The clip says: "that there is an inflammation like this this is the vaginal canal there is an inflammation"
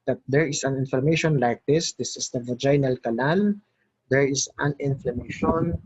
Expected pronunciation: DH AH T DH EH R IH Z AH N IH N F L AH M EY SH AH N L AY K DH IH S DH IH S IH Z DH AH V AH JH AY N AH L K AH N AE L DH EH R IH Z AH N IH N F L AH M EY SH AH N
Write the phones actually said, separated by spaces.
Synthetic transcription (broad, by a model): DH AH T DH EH R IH S AH N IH N F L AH M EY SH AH N L AY K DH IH S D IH S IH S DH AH V AH JH AY N AH L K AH L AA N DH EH R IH S AH N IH N F L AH M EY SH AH N